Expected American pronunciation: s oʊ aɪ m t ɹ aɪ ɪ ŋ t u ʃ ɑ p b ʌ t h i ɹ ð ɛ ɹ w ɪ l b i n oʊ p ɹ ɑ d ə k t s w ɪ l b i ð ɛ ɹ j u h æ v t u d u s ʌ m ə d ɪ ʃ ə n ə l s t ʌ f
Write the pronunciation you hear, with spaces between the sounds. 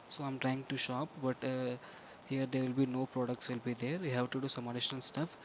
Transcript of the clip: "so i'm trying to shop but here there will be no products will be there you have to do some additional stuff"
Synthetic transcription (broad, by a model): s oʊ aɪ m t ɹ aɪ ɪ ŋ t u ʃ ɑ p b ʌ t h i ɹ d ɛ ɹ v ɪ l b i n oʊ p ɹ ɑ d ə k t s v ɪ l b i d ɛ ɹ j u h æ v t u d u s ʌ m ə d ɪ ʃ ə n ə l s t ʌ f